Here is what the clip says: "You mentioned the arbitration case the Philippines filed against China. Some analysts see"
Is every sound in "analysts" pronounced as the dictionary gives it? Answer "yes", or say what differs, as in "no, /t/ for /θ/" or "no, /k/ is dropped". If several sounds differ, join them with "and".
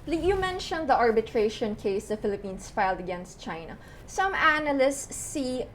yes